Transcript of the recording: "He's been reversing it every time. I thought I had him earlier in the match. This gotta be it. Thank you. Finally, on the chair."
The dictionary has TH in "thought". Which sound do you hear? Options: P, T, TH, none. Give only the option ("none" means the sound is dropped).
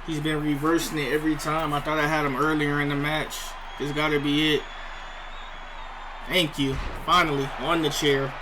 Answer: TH